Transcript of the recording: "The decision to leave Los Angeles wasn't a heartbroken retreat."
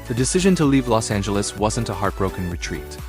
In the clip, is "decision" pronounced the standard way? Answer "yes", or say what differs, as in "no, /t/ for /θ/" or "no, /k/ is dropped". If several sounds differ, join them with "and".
yes